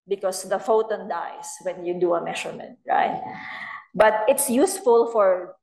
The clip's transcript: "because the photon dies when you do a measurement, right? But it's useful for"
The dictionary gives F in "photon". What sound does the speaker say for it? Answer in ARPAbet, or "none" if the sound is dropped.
F